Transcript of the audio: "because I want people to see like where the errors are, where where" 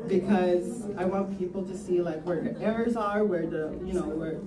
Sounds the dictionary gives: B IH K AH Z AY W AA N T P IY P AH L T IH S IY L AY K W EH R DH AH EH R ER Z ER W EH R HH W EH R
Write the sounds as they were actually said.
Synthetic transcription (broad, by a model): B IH K AH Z AY W AA N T P IY P L T IH S IY L AY K W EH R DH AH EH R ER Z ER W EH R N W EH R